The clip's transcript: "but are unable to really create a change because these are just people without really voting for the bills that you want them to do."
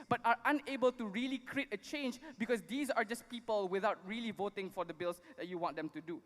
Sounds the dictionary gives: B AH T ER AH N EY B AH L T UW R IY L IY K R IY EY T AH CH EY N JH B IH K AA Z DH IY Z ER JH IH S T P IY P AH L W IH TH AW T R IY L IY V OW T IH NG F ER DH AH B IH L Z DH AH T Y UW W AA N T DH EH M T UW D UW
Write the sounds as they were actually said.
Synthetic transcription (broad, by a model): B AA T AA AH N EY B AH L T UW R IY L IY K R IY EY T AH CH EY N JH B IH K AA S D IY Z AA JH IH S P IY P AH L W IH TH AW T R IY L IY V OW T IH NG F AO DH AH B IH L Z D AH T Y UW W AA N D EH M T UW D UW